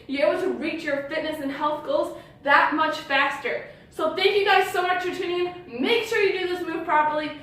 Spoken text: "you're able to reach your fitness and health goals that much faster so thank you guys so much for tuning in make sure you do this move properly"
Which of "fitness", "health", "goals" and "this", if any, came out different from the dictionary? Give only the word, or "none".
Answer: none